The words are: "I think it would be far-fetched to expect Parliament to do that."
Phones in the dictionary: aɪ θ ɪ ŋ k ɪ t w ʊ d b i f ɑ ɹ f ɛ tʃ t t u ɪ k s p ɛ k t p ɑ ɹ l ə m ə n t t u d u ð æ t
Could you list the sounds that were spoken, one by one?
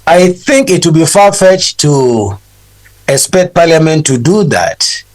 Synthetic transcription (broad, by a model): aɪ θ ɪ ŋ k ɪ t w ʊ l b i f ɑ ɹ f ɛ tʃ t t u ɪ k s p ɛ k t p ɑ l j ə m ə n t t u d u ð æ t